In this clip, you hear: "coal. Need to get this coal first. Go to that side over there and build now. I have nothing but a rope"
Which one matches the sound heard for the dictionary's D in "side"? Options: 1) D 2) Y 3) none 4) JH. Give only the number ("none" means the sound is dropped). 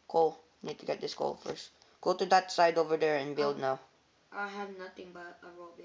1